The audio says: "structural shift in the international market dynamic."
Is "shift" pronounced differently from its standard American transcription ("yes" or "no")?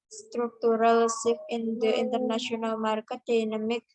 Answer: yes